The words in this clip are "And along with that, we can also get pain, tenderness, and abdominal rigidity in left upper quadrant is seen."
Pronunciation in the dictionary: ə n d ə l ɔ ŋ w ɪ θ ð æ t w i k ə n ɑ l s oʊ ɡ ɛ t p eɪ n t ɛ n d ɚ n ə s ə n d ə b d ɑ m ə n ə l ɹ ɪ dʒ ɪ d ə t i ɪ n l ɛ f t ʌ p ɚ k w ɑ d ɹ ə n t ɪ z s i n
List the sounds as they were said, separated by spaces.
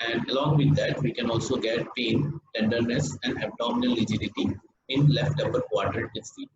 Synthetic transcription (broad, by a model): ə n d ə l ɔ ŋ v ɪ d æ t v i k ə n ɑ l s oʊ ɡ ɛ t p eɪ n t ɛ n d ɚ n ə s ə n d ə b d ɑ m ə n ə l l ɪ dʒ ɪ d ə t i ɪ n l ɛ f t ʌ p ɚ k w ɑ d ɹ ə t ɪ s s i